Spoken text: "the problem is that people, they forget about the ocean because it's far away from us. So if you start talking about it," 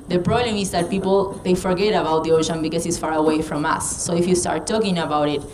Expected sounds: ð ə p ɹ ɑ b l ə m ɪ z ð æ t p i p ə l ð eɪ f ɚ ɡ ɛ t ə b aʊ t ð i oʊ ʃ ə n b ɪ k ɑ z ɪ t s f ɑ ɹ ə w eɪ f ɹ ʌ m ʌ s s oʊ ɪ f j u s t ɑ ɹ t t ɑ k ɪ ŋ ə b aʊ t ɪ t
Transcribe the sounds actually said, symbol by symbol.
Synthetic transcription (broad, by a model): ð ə p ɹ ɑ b l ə m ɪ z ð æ t p i p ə l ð eɪ f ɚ ɡ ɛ t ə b aʊ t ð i oʊ ʃ ə n b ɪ k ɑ s ɪ t s f ɑ ɹ ə w eɪ f ɹ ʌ m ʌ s s oʊ ɪ f j u s t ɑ ɹ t t ɑ k ɪ ŋ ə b aʊ t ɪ t